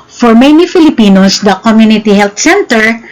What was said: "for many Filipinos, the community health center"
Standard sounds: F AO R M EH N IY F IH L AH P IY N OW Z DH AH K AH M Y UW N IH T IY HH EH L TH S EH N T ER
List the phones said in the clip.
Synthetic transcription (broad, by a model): F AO R M EH N IY F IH L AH P IY N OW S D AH K AH M Y UW N IH T IY HH EH L T S EH N T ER